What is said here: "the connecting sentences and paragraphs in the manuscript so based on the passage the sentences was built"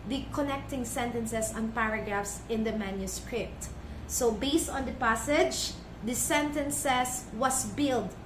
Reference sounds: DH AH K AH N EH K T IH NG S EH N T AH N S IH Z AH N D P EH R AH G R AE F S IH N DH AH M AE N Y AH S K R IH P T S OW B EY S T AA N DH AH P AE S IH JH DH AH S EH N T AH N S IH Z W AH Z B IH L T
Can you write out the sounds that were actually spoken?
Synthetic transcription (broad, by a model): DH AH K AH N EH K T IH NG S EH N T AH N S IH S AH N P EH R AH G R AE F S IH N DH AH M AE N Y AH S K R IH P T S OW B EY S T AA N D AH P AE S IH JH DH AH S EH N T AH N S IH S W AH S B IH L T